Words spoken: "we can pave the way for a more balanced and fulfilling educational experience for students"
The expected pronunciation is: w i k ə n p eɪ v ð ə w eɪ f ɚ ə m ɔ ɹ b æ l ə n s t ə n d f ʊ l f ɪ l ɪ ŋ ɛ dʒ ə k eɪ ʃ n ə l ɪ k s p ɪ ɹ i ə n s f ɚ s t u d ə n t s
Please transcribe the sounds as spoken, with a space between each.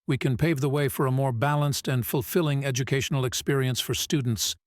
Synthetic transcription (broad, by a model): w i k ə n p eɪ v ð ə w eɪ f ɚ ə m ɔ ɹ b æ l ə n s t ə n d f ʊ l f ɪ l ɪ ŋ ɛ dʒ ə k eɪ ʃ n l ɪ k s p ɪ ɹ i ə n s f ɚ s t u d n t s